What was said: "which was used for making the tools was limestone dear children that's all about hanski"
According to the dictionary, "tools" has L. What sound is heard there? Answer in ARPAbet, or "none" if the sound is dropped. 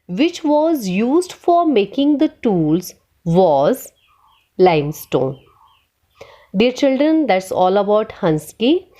L